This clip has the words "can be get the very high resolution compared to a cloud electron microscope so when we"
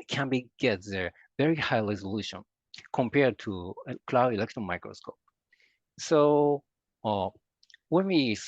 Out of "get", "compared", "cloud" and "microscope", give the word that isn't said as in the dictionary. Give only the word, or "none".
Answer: cloud